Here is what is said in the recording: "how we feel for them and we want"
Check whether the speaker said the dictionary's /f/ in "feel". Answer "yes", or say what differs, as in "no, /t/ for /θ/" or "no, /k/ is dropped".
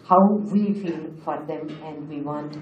yes